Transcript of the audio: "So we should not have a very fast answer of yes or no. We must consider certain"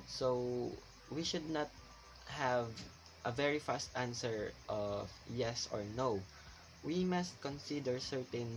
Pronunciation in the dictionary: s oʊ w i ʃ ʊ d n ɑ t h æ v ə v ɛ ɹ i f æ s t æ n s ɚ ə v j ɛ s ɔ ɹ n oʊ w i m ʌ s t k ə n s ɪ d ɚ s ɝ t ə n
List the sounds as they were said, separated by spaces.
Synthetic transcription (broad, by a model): s oʊ w i ʃ ʊ d n ɑ t h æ v ə v ɛ ɹ i f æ s t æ n s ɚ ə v j ɛ s ɔ ɹ n oʊ w i m ʌ s t k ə n s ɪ d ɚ s ɝ t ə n